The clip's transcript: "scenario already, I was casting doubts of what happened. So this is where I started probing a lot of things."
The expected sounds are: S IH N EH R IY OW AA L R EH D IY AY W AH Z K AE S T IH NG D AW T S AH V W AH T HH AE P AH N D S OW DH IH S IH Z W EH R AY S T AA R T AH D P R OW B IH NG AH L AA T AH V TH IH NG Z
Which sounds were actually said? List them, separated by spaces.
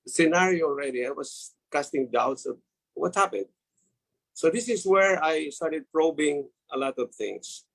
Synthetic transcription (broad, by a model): S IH N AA R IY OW AA L R EH D IY AY W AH S K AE S T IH NG D AW T S AH V W AH T HH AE P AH N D S OW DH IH S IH S W EH R AY S T AA R T AH D P R OW B IH NG AH L AA T AH V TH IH NG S